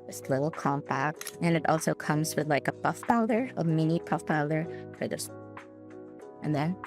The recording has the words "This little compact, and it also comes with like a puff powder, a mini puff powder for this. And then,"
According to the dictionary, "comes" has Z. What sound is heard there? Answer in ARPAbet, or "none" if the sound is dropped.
Z